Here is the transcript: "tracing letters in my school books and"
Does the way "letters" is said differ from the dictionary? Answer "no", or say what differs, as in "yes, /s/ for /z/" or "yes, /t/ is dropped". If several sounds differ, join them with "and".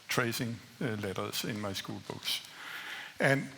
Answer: yes, /s/ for /z/